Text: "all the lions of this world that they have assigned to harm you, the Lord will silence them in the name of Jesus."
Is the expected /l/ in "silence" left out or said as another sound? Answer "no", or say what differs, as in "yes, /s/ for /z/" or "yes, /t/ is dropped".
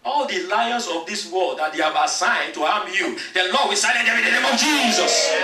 yes, /n/ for /l/